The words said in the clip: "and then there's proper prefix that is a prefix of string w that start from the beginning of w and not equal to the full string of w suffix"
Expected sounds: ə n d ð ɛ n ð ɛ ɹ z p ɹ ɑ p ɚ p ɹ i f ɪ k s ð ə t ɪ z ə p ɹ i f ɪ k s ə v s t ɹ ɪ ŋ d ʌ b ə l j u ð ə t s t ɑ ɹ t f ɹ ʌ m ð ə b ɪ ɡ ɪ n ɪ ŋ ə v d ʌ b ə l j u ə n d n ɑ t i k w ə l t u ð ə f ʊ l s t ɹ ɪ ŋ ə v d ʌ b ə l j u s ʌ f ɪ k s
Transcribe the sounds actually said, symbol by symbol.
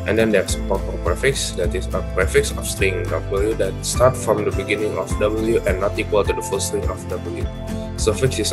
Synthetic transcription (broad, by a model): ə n d ɛ n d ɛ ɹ s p ɑ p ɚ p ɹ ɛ f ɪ k s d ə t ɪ s ə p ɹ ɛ f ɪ k s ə f s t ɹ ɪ ŋ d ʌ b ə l j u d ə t s t ɑ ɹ t f ɹ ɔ m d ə b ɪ ɡ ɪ n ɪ ŋ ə f d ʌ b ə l j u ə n n ɑ t i k w ə l t u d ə f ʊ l s t ɹ ɪ ŋ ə f d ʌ b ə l j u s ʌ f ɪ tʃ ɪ